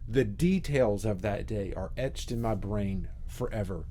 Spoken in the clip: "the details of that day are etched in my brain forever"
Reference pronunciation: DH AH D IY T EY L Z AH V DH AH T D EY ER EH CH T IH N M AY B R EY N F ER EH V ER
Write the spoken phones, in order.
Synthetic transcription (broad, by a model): DH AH D IY T EY L Z AH V DH AH T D EY ER EH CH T IH N M AY B R EY N F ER EH V ER